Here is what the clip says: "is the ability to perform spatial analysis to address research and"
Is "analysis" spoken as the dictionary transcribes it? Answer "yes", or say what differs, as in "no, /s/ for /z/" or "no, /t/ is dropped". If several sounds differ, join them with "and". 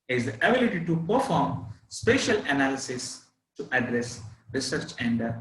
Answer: yes